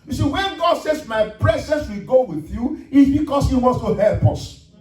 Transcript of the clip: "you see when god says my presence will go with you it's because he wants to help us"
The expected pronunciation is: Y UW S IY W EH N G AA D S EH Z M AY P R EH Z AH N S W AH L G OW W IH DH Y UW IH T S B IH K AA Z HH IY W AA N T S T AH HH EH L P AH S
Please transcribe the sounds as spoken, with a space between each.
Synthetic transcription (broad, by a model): Y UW S IY W EH N G AA D S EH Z M AY P R EH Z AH N S W AH L G OW W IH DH Y UW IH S B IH K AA S HH IY W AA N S T AH HH EH L P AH S